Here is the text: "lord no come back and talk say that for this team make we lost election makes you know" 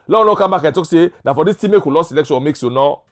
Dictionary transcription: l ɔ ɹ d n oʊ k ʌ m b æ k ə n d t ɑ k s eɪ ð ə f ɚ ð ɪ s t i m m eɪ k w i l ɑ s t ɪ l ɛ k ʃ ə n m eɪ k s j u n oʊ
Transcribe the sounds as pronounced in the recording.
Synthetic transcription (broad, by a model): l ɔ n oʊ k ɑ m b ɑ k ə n t ɑ k s eɪ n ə f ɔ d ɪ s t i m m eɪ k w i l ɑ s ɪ l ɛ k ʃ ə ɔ m eɪ k s j u n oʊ